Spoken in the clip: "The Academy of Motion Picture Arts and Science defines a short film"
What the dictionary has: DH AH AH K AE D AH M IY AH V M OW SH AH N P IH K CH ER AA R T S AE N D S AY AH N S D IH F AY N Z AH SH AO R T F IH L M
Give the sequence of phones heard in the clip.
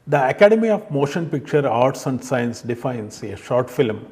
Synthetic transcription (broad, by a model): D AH AH K AE D AH M IY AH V M OW SH AH N P IH K CH ER AA R T S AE N D S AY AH N S D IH F AY N S AH SH AO R T F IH L M